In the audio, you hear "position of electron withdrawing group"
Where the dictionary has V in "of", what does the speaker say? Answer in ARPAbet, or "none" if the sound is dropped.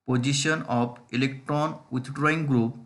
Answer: P